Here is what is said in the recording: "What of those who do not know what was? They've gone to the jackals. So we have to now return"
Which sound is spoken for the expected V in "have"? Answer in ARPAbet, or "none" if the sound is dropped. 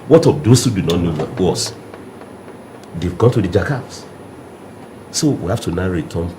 F